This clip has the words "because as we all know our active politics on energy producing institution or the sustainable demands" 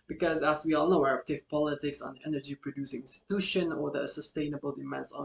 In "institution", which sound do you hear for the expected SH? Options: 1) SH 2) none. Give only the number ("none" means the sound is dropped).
1